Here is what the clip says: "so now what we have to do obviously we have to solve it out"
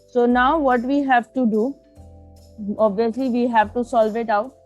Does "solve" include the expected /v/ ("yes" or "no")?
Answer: yes